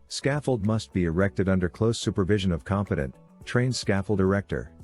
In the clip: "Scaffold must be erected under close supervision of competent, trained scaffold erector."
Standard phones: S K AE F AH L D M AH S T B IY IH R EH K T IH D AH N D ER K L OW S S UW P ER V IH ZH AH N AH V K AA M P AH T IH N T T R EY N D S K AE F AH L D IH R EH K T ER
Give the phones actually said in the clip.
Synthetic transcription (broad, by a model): S K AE F L D M AH S T B IY IH R EH K T IH D AH N D ER K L OW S S UW P ER V IH ZH AH N AH V K AA M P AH T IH N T T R EY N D S K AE F L D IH R EH K T ER